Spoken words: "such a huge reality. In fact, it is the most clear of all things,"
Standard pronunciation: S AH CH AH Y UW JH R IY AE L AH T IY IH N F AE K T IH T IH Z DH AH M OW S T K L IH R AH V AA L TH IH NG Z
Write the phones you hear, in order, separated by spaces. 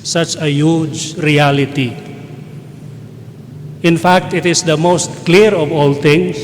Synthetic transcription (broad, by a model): S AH CH AH Y UW JH R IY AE L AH T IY IH N F AE K T IH T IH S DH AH M OW S T K L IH R AH V AA L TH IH NG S